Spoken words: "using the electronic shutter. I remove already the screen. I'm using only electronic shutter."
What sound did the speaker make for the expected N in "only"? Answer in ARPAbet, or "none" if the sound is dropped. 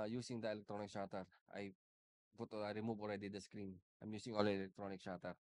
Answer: none